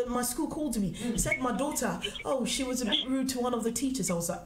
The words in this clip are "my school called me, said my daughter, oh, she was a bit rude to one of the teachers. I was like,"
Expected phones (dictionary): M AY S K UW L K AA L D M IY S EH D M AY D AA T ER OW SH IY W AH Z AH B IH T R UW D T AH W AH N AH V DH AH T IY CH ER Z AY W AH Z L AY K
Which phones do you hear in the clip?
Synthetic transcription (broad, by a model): M AY S K UW L K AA L D M IY S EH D M AY D AA T ER OW SH IY W AH Z AH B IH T R UW D T AH W AH N AH V DH AH T IY CH ER Z AY W AH Z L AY